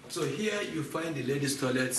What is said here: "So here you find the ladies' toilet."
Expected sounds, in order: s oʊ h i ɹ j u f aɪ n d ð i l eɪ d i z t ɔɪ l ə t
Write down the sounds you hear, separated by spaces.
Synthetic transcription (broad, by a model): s oʊ h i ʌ j u f aɪ n d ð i l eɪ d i s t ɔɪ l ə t